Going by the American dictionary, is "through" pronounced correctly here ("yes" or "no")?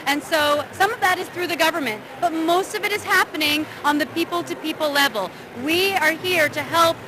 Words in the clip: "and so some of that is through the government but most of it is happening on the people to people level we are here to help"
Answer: yes